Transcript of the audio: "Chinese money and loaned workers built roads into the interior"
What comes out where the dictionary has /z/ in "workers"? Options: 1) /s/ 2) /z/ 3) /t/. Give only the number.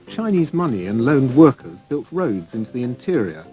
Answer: 2